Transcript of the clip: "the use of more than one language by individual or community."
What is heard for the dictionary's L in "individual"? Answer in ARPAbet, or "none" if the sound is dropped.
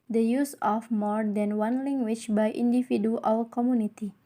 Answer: W